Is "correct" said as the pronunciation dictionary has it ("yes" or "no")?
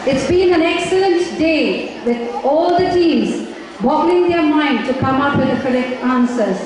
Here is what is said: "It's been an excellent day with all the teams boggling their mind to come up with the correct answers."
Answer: no